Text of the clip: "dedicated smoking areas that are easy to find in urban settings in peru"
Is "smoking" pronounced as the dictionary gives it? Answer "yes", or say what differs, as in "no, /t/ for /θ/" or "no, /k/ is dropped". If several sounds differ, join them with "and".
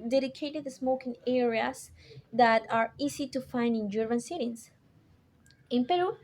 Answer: yes